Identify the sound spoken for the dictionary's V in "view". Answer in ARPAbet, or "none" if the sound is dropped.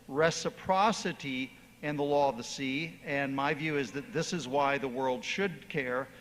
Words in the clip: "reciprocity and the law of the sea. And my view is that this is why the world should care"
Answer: V